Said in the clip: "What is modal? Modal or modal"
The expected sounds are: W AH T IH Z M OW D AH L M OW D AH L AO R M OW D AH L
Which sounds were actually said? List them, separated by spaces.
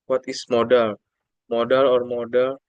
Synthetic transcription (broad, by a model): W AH T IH S M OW D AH L M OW D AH L AO R M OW D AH L